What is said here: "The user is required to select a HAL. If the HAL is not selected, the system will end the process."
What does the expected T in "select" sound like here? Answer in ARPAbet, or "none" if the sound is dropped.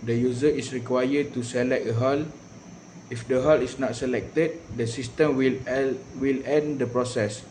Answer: none